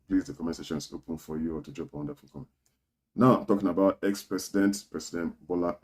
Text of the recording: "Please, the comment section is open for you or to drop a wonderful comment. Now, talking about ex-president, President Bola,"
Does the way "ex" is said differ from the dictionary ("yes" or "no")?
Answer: no